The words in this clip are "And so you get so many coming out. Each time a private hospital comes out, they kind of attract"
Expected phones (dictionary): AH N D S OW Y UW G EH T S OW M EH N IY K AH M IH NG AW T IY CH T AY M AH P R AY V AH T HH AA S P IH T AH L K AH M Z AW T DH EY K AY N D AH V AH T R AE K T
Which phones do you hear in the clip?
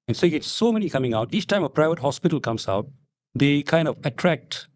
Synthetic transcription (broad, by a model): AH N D S OW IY G EH T S OW M EH N IY K AH M IH NG AW T IY CH T AY M AH P R AY V AH T HH AA S P IH T AH L K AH M S AW T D EY K AY N D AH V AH T R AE K T